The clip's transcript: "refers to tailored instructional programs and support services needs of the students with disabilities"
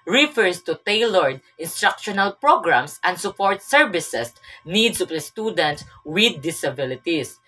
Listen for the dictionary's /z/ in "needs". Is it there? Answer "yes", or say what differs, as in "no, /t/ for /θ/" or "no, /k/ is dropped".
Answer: no, /s/ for /z/